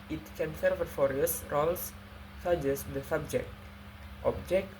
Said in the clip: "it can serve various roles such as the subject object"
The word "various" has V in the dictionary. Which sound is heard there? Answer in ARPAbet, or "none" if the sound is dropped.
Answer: F